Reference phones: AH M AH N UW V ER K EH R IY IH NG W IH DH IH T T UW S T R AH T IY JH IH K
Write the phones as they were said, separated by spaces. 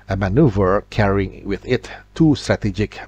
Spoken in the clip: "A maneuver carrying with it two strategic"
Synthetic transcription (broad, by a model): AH M AH N UW V ER K EH R IY IH NG W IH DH IH T T UW S T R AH T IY JH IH K